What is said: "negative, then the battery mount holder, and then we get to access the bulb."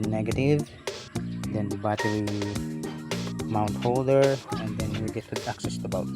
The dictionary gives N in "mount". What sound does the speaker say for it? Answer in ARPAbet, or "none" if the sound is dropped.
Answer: N